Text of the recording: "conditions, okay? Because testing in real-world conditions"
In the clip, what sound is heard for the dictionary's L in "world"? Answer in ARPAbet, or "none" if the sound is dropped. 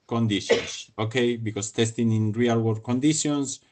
none